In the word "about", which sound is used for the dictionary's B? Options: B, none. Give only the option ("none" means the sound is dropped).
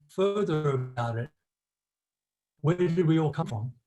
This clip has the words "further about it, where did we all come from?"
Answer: none